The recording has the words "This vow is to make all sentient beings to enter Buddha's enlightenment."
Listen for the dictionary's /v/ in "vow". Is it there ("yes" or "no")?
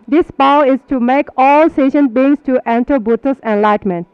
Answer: no